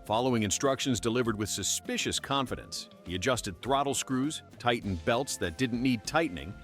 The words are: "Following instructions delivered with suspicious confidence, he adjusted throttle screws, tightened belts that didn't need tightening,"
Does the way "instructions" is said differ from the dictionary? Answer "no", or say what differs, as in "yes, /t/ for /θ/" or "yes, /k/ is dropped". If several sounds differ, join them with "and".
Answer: no